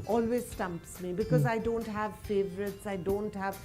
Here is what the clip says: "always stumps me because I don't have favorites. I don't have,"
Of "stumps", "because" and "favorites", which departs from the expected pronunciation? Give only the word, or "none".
none